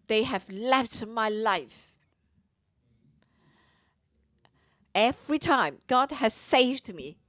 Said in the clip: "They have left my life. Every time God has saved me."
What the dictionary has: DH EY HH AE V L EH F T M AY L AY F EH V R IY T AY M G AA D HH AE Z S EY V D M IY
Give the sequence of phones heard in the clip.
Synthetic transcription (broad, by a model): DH EY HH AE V L EH F T M AY L AY F EH V R IY T AY M G AA D HH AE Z S EY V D M IY